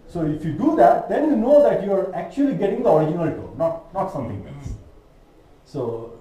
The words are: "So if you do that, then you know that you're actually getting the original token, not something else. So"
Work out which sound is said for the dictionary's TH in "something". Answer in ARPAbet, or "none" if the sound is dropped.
T